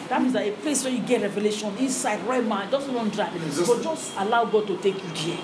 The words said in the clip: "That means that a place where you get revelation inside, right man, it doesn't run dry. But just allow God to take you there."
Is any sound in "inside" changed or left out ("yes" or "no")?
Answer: yes